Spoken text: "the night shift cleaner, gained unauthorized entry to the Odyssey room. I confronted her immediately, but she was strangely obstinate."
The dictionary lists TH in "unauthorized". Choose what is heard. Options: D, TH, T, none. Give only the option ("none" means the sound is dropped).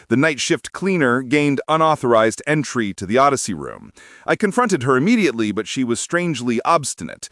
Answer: TH